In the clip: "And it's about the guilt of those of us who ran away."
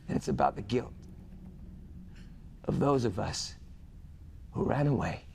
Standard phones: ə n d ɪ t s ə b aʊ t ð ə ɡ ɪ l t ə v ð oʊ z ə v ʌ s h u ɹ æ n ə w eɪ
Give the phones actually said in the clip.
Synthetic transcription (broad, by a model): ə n ɪ t s ə b aʊ t ð ə ɡ ɪ l t ə v ð oʊ z ə v ʌ s h u ɹ æ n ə w eɪ